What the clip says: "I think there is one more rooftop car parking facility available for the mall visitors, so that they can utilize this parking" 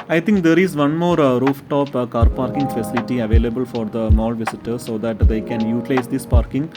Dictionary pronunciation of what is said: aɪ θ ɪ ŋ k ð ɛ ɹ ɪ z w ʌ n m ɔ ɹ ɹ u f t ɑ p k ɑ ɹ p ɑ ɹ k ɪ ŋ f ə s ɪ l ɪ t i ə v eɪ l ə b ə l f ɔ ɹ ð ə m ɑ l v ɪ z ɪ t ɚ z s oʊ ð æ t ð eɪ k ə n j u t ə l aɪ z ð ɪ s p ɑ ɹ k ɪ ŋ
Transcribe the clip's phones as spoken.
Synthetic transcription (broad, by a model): aɪ t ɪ ŋ k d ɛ ɹ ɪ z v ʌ n m ɔ ɹ ɹ u f t ɑ p k ɑ ɹ p ɑ ɹ k ɪ ŋ f ə s ɪ l ɪ t i ə v eɪ l ə b ə l f ɔ ɹ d ə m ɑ l v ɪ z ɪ t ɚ s oʊ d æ t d eɪ k ə n j u t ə l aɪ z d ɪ s p ɑ ɹ k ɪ ŋ